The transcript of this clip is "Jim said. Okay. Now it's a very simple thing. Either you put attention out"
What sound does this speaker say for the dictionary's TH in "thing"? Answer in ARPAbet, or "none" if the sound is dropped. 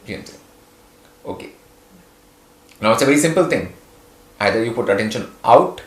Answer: T